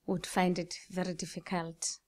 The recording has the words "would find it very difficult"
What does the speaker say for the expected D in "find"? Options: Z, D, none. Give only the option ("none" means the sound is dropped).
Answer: D